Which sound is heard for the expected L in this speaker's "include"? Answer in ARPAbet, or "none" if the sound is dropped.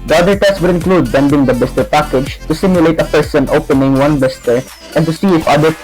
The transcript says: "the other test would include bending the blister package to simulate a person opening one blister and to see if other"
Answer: L